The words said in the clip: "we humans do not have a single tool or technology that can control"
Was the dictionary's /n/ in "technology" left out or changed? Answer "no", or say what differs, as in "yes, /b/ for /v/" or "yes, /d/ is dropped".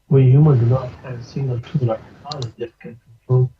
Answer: yes, /n/ is dropped